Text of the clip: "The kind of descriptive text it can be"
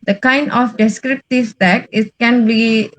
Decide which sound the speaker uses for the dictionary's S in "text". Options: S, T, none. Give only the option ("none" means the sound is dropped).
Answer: none